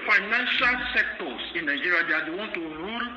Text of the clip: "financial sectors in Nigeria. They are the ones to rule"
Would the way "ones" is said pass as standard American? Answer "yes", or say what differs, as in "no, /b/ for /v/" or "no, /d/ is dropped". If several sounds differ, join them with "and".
no, /z/ is dropped